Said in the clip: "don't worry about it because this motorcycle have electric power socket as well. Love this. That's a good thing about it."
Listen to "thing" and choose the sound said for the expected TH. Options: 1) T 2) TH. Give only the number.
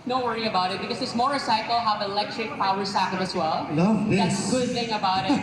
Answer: 2